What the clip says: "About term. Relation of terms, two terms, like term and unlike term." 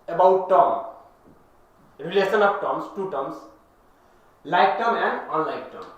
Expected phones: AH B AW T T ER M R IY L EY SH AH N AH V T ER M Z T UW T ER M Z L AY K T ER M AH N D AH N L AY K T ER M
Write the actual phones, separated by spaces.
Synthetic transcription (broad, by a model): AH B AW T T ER R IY L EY S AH N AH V T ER M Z T UW T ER M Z L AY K T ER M AH N D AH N L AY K T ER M